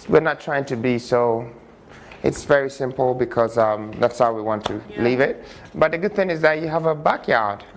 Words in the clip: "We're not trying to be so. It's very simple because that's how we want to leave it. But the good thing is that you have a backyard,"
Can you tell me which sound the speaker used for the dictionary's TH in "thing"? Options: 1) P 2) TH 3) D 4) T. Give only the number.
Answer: 2